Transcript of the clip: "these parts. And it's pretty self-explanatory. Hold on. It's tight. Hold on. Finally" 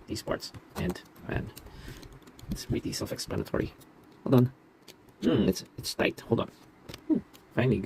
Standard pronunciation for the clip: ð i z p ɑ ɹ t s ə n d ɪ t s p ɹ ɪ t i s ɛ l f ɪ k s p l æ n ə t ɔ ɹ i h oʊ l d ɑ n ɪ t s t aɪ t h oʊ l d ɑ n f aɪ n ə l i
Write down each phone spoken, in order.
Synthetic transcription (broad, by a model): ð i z p ɑ ɹ t s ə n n ɪ t s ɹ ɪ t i s ɛ l f ɪ k s p l æ n ə t ɔ ɹ i h oʊ l d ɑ n ɪ t s t aɪ t h oʊ l d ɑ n f aɪ n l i